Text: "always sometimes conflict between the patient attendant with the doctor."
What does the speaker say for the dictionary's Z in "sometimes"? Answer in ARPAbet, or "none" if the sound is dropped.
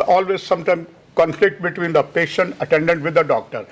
none